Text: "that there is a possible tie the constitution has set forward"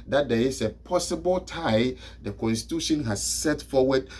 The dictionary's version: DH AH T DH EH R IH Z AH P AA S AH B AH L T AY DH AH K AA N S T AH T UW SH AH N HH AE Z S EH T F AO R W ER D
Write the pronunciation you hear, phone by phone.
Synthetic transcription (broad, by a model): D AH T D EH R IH S AH P AA S AH B AH L T AY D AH K AA N S T AH T UW SH AH N HH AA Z S EH T F AO W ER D